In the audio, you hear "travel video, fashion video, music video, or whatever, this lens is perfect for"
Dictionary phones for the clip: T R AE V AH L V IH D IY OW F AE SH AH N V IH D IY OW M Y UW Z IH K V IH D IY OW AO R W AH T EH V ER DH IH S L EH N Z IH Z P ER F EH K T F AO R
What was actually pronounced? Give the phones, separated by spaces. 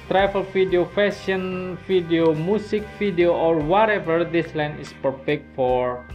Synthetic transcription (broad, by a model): T R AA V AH L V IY D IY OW F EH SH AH N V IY D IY OW M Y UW S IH K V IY D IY OW AO R W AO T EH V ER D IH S L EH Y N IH S P ER F EH K T F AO R